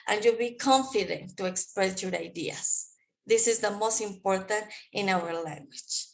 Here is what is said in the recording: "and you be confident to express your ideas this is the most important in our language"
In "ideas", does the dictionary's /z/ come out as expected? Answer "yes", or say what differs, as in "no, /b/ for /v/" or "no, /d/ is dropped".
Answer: no, /s/ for /z/